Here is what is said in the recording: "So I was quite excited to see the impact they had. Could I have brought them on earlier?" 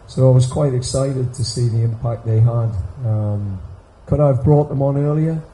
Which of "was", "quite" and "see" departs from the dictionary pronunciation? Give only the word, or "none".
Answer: none